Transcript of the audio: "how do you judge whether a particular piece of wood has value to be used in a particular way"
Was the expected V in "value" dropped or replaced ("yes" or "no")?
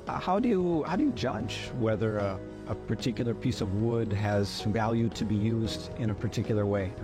no